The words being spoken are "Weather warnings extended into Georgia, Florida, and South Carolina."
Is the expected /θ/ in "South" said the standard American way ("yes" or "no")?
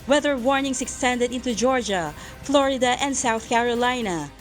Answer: yes